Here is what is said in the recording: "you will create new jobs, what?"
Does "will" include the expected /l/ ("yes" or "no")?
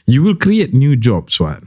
yes